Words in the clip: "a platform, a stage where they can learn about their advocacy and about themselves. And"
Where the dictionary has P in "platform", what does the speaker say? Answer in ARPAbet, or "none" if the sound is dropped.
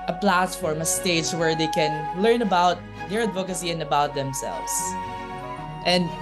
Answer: P